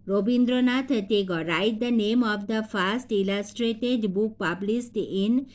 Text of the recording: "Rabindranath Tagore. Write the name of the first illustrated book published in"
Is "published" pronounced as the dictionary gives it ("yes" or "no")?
no